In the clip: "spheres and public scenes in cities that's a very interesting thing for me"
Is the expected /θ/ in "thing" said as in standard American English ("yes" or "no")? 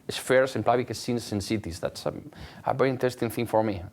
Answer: yes